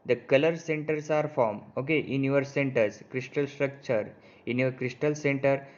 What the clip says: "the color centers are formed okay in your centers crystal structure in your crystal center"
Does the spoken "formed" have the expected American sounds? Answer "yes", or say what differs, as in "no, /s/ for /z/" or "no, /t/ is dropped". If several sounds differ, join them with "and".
no, /d/ is dropped